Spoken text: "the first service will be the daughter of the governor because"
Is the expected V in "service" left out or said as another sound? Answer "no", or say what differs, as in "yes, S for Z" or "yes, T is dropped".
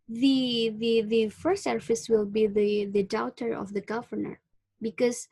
yes, F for V